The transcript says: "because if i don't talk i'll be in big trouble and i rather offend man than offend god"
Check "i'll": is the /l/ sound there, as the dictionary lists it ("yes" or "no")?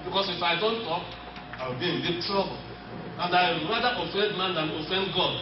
no